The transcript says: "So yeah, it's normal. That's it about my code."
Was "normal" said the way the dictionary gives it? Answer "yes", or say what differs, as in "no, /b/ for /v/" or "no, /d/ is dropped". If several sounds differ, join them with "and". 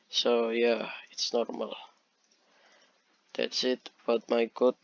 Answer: yes